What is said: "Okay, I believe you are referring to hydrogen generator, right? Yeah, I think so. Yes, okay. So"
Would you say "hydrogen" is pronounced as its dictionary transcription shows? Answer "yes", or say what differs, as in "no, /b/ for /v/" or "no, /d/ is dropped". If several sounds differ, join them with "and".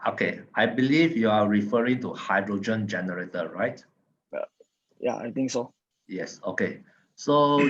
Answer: yes